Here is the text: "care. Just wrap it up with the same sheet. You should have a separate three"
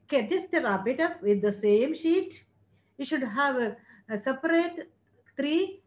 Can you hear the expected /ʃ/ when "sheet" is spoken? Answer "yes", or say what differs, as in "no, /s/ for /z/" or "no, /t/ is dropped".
yes